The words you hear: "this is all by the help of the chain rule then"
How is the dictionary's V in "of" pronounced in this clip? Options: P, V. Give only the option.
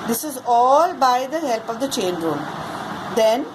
V